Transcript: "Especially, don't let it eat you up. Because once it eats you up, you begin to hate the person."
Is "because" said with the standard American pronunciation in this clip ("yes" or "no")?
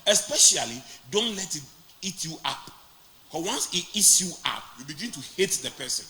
no